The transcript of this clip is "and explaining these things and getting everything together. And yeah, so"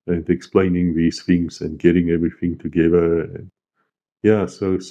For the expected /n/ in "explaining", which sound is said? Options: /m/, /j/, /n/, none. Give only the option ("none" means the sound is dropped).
/n/